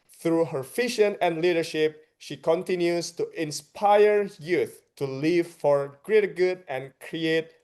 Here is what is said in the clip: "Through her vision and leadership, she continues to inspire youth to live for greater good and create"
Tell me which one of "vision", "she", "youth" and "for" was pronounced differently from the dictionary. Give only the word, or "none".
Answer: vision